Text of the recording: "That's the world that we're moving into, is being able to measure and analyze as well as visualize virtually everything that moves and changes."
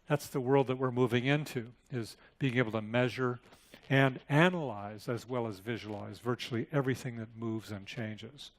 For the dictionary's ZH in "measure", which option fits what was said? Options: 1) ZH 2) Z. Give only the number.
1